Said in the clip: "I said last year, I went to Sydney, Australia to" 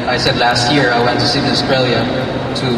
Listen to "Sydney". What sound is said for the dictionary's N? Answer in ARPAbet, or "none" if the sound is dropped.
none